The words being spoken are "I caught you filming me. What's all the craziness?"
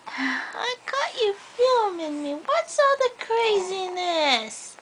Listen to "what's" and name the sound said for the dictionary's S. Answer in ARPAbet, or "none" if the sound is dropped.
S